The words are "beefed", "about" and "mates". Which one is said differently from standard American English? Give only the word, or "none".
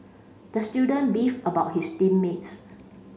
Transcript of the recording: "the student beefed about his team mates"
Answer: beefed